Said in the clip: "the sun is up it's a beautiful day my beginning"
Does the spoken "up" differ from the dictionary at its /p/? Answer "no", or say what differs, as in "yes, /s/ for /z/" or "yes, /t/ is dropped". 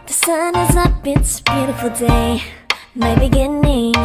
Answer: yes, /b/ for /p/